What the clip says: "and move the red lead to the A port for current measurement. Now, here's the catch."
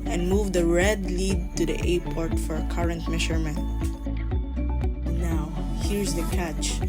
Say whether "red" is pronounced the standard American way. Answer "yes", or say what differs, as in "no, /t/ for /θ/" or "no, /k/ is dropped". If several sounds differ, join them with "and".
yes